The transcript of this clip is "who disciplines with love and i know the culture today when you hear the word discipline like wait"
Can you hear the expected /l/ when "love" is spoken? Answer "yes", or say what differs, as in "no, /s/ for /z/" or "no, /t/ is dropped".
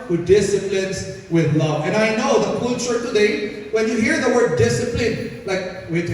yes